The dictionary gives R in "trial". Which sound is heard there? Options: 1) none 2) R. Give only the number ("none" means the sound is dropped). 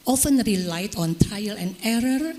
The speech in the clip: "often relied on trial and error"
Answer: 1